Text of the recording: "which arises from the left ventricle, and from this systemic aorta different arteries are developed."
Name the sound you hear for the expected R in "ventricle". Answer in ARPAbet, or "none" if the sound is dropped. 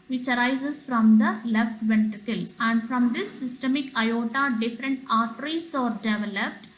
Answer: none